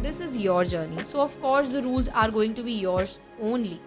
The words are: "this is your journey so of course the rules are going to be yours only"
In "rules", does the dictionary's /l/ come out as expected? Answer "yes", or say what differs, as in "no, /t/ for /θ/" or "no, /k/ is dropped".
yes